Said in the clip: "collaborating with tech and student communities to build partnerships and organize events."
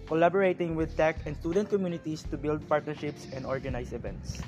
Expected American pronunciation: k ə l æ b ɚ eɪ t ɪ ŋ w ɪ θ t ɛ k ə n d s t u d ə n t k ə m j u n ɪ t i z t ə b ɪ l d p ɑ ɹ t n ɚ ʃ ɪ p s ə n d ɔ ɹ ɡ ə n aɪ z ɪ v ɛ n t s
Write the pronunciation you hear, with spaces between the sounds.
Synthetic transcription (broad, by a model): k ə l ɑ b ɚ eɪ t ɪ ŋ w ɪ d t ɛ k ə n d s t u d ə n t k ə m j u n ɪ t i s t ə b ɪ l d p ɑ ɹ t n ɚ ʃ ɪ p s ə n d ɔ ɹ ɡ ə n aɪ s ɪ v ɛ n t s